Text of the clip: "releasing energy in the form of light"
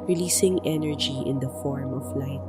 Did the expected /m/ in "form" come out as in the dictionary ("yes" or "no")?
yes